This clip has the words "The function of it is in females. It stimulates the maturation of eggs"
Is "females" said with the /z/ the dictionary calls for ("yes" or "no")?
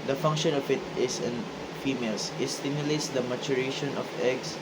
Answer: no